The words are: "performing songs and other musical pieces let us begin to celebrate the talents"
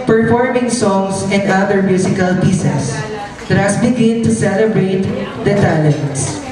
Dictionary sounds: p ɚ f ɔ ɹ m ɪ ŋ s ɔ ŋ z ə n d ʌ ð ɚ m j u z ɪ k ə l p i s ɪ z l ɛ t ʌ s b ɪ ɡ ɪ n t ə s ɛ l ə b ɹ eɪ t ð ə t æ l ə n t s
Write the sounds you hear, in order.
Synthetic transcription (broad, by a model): p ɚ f ɔ ɹ m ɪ ŋ s ɔ ŋ s ə n d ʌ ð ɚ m j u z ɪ k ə l p i s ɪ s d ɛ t ʌ s b ɪ ɡ ɪ n t ə s ɛ l ə b ɹ eɪ t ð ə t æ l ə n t s